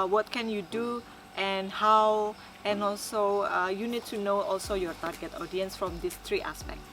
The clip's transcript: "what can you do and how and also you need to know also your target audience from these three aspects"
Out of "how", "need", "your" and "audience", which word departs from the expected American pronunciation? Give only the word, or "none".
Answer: none